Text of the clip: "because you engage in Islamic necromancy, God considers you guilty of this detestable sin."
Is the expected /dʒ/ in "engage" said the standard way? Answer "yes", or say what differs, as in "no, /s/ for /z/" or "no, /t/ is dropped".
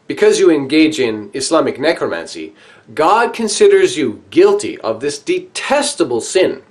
yes